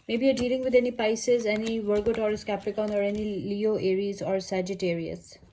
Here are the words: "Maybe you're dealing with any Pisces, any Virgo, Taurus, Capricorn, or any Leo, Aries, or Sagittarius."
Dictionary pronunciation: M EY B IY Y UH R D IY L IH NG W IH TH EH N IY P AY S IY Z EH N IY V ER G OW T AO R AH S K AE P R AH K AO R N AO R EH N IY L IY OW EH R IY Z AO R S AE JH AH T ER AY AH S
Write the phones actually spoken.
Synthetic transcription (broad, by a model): M EY B IY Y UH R D IY L IH NG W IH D EH N IY P AY S IY Z EH N IY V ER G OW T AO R S K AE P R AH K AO N AO R EH N IY L IY OW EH R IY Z AO R S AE JH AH T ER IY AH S